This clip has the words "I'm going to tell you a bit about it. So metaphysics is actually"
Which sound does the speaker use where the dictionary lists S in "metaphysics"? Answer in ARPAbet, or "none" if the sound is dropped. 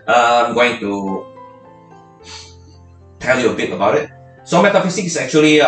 none